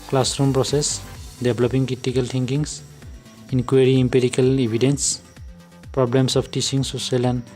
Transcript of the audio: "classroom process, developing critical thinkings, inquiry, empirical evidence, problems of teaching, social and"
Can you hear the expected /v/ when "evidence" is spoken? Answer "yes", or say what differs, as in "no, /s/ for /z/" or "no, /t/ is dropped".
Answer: no, /b/ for /v/